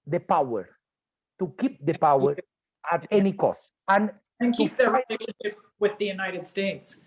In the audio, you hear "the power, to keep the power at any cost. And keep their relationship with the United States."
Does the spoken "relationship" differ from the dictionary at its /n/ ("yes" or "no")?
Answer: yes